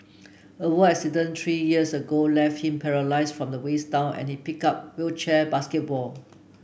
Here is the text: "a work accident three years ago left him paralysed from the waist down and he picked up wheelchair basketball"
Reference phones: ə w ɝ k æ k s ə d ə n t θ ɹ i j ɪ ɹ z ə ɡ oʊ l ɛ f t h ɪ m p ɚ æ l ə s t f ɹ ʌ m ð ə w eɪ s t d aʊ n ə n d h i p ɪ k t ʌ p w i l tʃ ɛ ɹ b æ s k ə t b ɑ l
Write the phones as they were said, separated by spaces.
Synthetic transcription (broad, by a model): ə w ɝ ɛ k s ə d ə n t ɹ i j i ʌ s ə ɡ oʊ l ɛ f t h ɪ m p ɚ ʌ l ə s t f ɹ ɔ m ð ə w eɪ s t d aʊ n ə n h i p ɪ k ɑ p w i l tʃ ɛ b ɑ s k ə t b ɑ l